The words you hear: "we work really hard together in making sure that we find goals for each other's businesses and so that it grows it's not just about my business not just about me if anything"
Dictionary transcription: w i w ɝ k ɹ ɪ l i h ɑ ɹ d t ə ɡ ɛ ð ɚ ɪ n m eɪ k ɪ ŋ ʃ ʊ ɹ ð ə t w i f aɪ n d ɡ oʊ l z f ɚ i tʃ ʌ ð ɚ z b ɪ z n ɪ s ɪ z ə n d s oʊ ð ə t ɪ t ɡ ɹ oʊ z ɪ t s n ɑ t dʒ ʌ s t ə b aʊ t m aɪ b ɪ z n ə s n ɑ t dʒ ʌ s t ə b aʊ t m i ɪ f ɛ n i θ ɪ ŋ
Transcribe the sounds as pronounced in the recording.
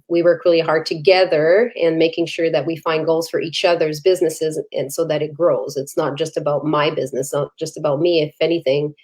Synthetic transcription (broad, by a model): w i w ɝ k ɹ ɪ l i h ɑ ɹ d t ə ɡ ɛ ð ɚ ɪ n m eɪ k ɪ ŋ ʃ ʊ ɹ ð ə t w i f aɪ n ɡ oʊ l z f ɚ i tʃ ʌ ð ɚ z b ɪ z n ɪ s ɪ z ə n s oʊ ð ə t ɪ t ɡ ɹ oʊ z ɪ t s n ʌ t dʒ ʌ s t ə b aʊ t m aɪ b ɪ z n ə s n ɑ t dʒ ʌ s t ə b aʊ t m i ɪ f ɛ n i θ ɪ ŋ